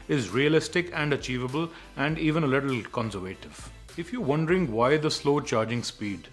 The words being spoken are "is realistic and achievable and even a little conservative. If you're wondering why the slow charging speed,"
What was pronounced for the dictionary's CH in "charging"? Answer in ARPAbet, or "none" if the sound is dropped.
CH